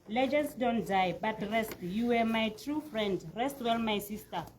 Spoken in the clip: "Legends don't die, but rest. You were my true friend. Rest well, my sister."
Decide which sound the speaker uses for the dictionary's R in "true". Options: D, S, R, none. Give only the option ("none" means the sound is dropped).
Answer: R